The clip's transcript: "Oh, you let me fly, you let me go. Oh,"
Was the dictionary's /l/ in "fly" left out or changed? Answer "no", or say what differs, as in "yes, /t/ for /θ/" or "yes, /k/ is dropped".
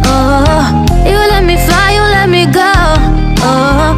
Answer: yes, /l/ is dropped